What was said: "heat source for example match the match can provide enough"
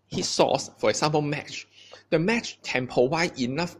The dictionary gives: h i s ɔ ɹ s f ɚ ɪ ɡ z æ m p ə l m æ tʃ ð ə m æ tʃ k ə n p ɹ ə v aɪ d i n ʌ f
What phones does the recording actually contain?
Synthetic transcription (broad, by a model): h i s ɔ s f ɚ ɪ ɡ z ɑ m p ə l m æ tʃ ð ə m æ tʃ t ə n p ə w aɪ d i n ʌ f